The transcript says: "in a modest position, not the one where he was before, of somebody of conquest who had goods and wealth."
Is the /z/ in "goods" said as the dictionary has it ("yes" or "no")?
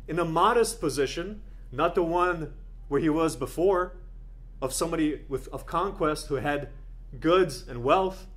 yes